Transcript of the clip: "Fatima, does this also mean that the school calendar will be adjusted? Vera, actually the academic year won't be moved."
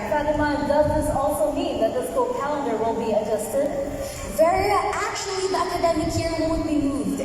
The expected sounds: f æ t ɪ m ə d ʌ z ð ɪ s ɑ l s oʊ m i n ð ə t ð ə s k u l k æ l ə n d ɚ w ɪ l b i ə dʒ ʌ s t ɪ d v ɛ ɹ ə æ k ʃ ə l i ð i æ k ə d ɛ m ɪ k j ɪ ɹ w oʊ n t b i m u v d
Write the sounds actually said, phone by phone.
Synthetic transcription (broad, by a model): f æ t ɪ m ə d ʌ z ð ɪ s ɑ l s oʊ m i n ð ə t ð ə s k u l k æ l ə n d ɚ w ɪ n b i ə dʒ ʌ s t ɪ d v ɛ ɹ ə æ k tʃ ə l i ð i æ k ə d ɛ m ɪ k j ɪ ɹ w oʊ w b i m u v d